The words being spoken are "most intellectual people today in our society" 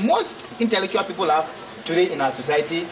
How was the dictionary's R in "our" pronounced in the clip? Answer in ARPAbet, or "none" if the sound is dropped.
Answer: W